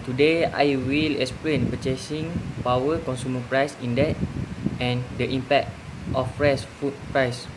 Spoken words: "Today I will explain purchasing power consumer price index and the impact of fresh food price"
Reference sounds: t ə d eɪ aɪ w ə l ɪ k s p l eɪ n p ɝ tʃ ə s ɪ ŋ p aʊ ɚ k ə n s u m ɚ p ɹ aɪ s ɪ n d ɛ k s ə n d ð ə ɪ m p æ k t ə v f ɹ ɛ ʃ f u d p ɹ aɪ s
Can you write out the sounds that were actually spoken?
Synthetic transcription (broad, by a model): t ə d eɪ aɪ w ə l ɪ k s p l eɪ n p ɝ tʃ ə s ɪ ŋ p aʊ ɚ k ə n s u m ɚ p ɹ aɪ s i n d ɛ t ə n d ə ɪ m p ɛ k t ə f ɹ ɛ s f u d p ɹ aɪ s